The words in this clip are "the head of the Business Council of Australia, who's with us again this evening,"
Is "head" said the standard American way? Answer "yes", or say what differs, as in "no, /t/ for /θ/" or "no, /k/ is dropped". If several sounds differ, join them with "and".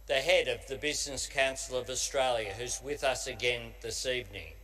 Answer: yes